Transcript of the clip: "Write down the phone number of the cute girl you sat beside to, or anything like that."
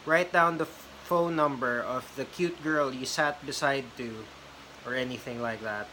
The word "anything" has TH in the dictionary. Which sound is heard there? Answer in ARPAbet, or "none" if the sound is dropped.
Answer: TH